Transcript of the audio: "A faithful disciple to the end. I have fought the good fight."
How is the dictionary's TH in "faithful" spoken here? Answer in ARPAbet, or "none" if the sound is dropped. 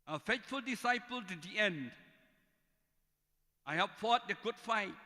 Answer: T